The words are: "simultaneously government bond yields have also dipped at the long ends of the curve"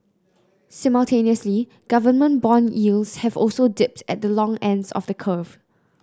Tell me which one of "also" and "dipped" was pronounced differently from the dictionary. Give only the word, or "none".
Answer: none